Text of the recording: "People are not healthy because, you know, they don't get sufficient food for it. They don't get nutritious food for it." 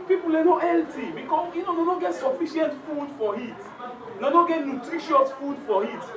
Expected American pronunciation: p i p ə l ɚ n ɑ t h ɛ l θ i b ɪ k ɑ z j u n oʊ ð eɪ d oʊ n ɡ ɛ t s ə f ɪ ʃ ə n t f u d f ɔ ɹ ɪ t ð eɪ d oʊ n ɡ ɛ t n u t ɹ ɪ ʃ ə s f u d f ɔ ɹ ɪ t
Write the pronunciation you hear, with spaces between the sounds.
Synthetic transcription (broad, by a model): p i p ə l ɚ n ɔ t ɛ l t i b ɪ k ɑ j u n oʊ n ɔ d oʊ ɡ ɛ t s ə f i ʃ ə n t f u d f ɔ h ɪ t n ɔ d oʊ ɡ ɛ t n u t ɹ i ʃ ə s f u d f ɔ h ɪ t